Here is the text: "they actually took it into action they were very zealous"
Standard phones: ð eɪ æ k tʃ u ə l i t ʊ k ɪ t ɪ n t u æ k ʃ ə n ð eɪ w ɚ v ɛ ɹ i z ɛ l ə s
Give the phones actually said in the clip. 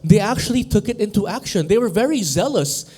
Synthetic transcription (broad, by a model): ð eɪ æ k tʃ u ə l i t ʊ k ɪ t ɪ n t u æ k ʃ ə n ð eɪ w ɚ v ɛ ɹ i z ɛ l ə s